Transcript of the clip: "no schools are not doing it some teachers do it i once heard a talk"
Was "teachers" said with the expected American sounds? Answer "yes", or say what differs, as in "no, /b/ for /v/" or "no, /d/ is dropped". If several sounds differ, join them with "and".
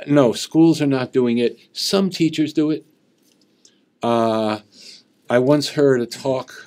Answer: yes